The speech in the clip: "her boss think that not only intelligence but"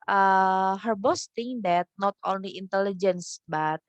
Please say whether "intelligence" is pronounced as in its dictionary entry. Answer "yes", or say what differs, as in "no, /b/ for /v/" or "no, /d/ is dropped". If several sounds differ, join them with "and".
yes